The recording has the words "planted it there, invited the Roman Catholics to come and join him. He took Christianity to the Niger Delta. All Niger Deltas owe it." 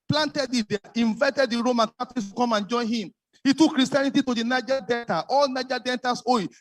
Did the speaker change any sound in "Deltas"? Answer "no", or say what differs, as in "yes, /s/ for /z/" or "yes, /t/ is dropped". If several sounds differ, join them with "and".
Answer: yes, /n/ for /l/ and /s/ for /z/